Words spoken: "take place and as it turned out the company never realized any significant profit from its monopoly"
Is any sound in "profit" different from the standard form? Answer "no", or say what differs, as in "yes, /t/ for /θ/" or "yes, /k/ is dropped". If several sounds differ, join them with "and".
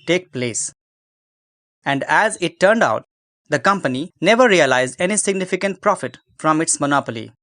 no